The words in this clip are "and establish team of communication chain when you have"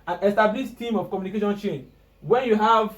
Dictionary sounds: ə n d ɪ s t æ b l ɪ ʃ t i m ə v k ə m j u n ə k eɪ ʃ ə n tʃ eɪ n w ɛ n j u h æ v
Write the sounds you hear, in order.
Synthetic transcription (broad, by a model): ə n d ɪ s t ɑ b l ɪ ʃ t i m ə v k ə m j u n ə k eɪ ʃ ə n tʃ eɪ n w ɛ n j u h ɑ v